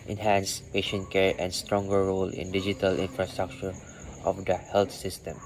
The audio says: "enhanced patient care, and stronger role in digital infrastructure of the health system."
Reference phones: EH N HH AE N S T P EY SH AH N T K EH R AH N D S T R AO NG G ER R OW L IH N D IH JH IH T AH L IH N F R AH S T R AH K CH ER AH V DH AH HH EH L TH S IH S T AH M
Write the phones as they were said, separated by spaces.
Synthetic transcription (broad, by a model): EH N HH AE N S P EY SH AH N T K EH R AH N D S T R AO NG G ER R OW L IH N D IH JH IH T AH L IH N F R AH S T R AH K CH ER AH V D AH HH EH L T S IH S T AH M